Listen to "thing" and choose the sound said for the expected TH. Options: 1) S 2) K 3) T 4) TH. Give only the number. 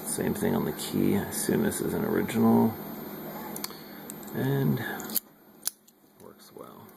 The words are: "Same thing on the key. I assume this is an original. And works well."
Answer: 4